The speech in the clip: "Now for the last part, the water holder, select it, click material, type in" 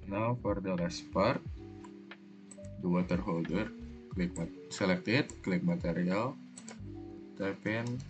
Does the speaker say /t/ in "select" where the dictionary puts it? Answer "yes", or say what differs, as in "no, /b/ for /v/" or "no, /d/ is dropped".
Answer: yes